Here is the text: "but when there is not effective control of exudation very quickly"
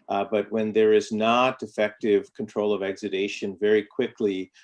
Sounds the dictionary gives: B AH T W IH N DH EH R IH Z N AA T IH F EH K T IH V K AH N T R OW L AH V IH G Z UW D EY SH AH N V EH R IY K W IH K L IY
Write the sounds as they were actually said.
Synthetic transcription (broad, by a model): B AH T W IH N DH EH R IH Z N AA T IH F EH K T IH V K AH N T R OW L AH V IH G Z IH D EY SH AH N V EH R IY K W IH K L IY